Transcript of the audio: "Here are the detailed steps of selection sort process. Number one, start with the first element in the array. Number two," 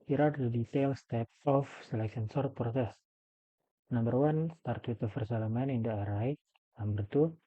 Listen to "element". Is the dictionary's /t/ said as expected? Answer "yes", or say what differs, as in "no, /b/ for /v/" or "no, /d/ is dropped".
no, /t/ is dropped